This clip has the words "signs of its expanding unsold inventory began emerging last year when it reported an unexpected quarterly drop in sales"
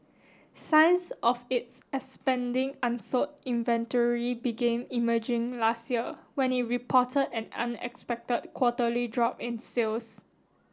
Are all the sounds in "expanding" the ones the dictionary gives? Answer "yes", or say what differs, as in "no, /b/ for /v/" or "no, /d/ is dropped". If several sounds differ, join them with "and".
no, /k/ is dropped